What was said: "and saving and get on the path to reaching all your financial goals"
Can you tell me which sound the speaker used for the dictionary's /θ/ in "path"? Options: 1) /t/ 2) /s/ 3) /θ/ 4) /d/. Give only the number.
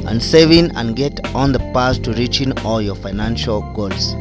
2